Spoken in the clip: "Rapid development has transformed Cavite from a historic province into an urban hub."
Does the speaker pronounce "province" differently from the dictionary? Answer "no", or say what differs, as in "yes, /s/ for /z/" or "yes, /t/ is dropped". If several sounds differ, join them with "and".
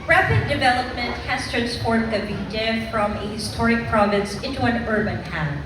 no